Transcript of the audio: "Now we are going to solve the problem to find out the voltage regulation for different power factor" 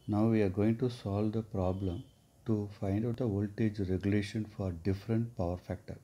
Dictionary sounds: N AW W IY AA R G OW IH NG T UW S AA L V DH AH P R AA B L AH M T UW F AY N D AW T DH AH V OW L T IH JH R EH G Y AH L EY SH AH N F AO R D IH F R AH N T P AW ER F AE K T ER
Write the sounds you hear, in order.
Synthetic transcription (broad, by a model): N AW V IY AA R G OW IH NG T UW S AA L V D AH P R AA B L AH M T UW F AY N D AW T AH V OW L T IH JH R EH G Y AH L EY SH AH N F AO R D IH F R AH N T P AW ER F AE K T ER